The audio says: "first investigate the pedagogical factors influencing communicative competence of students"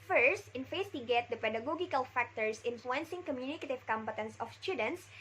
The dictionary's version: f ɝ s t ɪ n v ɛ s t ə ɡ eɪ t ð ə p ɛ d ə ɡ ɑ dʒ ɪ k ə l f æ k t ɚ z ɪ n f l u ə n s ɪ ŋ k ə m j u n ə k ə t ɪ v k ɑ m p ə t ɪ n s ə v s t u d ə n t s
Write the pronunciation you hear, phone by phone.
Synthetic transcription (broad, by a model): f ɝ s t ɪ n f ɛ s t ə ɡ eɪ t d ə p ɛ d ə ɡ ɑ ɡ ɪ k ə l f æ k t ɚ s ɪ n f l u ə n s ɪ ŋ k ə m j u n ə k ə t ɪ v k ɑ m p ə t ɪ n s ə f s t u d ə n t s